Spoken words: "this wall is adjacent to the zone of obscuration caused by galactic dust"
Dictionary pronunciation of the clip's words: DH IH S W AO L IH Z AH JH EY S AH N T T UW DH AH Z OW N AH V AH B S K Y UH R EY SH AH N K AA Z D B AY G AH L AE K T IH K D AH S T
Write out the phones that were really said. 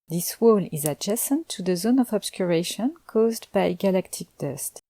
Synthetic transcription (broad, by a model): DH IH S W AO L IH Z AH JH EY S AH N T T UW DH AH Z OW N AH V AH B S K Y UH R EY SH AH N K AA Z D B AY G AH L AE K T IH K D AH S T